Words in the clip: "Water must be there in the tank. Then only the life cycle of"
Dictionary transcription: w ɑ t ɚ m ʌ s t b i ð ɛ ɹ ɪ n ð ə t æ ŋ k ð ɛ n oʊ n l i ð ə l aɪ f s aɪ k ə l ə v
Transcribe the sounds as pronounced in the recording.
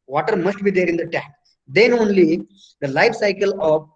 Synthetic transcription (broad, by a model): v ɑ t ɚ m ʌ s t b i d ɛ ɹ ɪ n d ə t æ k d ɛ n oʊ n l i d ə l aɪ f s aɪ k ə l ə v